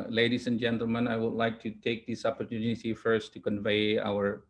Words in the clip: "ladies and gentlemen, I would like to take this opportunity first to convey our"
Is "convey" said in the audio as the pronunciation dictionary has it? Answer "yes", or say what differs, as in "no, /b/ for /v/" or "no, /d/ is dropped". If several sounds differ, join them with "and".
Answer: yes